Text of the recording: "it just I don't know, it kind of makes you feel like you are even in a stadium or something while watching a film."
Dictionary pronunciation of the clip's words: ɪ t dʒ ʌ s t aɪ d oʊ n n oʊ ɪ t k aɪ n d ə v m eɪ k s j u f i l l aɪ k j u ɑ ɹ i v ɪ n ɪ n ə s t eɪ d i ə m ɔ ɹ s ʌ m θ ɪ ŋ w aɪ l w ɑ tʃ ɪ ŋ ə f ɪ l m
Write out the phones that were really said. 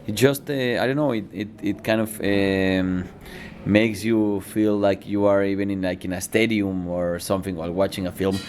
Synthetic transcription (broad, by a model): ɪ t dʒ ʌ s t aɪ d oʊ n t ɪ ɪ t k aɪ n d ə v m eɪ k s j u f i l l aɪ k j u ɑ ɹ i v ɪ n ɪ n ə s t eɪ d i ə m ɔ ɹ s ʌ m θ ɪ ŋ w aɪ l w ɑ tʃ ɪ ŋ ə f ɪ l m